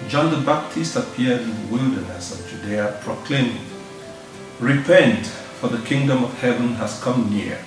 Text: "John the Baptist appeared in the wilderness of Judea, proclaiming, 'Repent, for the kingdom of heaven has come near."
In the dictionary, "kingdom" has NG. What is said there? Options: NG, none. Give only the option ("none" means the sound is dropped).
NG